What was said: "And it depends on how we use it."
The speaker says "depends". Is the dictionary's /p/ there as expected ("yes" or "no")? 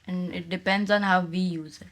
yes